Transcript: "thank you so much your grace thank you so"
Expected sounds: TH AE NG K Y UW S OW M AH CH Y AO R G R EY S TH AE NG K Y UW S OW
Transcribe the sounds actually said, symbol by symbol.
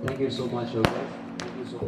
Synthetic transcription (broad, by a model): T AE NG K Y UW S OW M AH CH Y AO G EY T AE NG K Y UW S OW